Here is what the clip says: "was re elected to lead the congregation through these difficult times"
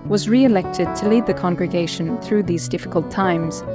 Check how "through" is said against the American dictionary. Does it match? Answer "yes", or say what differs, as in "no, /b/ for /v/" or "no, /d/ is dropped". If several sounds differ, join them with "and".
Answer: yes